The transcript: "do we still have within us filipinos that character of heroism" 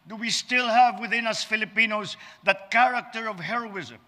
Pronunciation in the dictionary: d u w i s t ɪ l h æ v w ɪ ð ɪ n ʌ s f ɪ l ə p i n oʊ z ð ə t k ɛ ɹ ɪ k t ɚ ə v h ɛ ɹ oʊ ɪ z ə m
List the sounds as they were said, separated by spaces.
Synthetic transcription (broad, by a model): d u w i s t ɪ l h æ v w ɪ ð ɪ n ʌ s f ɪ l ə p i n oʊ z ð ə t k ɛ ɹ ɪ k t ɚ ə v h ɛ ɹ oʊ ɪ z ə m